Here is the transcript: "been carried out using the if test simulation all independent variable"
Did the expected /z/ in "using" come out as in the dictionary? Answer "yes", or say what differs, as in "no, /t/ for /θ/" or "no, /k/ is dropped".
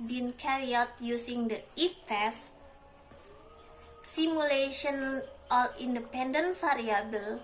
no, /s/ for /z/